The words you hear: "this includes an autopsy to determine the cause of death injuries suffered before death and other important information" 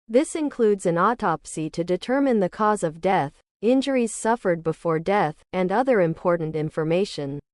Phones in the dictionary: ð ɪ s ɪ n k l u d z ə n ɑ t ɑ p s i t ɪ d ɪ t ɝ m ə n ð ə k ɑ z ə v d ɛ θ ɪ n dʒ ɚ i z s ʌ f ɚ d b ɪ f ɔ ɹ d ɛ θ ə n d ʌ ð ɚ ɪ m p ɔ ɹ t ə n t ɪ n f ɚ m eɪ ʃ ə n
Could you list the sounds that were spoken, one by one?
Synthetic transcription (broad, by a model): ð ɪ s ɪ n k l u d z ə n ɑ t ɑ p s i t ɪ d ɪ t ɝ m ə n ð ə k ɑ z ə v d ɛ θ ɪ n dʒ ɚ i z s ʌ f ɚ d b ɪ f ɔ ɹ d ɛ θ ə n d ʌ ð ɚ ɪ m p ɔ ɹ t n t ɪ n f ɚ m eɪ ʃ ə n